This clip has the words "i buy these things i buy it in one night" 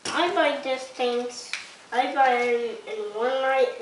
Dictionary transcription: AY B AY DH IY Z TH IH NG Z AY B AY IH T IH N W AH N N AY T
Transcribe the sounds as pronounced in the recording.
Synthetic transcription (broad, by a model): AY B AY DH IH S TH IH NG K AY B AY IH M IH N W AH N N AY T